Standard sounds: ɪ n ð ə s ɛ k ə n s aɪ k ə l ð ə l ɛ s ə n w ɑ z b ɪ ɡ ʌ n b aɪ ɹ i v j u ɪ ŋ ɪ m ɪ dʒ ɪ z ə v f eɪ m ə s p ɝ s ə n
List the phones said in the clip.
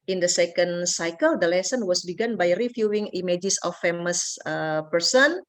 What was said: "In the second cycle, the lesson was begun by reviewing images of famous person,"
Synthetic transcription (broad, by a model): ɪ n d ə s ɛ k ə n s aɪ k ə l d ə l ɛ s ə n w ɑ s b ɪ ɡ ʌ n b aɪ ɹ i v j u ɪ ŋ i m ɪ dʒ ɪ s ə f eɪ m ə s p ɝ s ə n